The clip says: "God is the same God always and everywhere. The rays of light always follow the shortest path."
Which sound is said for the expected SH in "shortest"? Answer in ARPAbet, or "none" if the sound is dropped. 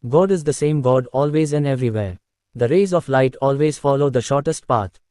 SH